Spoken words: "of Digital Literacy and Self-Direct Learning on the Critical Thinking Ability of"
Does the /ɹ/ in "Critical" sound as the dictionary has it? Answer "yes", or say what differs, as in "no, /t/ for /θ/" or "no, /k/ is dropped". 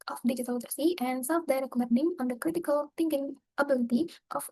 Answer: yes